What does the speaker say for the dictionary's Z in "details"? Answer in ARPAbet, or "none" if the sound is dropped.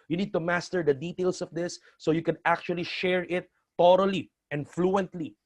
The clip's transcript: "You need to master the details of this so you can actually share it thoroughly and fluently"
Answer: S